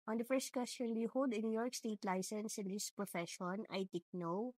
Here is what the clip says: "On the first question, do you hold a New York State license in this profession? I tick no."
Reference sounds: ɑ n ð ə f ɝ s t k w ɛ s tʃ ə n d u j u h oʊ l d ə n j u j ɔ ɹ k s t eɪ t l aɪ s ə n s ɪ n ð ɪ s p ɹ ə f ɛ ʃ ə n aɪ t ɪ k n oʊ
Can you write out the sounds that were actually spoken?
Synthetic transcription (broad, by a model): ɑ n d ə f ɝ s t k w ɛ s tʃ ə n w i h oʊ l d ə n j u j ɔ ɹ k s t eɪ t l aɪ s ə n s ɪ n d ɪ s p ɹ ə f ɛ ʃ ə n aɪ t ɪ k n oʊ